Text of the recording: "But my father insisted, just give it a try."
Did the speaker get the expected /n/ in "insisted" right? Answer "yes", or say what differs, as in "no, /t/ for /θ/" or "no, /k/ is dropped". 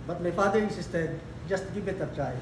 no, /n/ is dropped